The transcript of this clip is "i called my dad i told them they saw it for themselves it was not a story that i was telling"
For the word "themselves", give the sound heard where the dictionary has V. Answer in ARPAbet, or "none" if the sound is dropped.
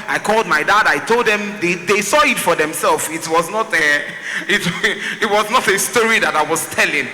W